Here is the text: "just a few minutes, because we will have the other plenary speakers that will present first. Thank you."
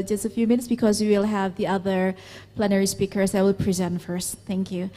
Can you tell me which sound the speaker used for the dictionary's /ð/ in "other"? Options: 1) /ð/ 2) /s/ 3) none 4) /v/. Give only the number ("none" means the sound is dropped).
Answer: 1